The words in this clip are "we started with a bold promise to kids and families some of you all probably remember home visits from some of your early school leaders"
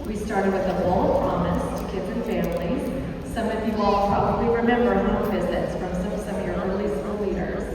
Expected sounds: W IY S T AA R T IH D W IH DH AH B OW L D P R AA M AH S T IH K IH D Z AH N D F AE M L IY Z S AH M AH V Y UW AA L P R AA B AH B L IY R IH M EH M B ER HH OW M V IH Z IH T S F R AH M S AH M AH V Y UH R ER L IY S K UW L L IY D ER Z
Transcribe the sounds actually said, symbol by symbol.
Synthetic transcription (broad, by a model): W IY S T AA R T IH D W IH DH AH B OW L P R AA M AH S T IH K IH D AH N F AE M L IY Z S AH M AH V Y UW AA L P R AA B AH B L IY R IH M EH M B ER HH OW V IH Z IH T S F R AH M S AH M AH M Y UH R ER L IY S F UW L L IY D ER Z